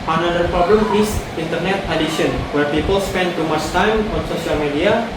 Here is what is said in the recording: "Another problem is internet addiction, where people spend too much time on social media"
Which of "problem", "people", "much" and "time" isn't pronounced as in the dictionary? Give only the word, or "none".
much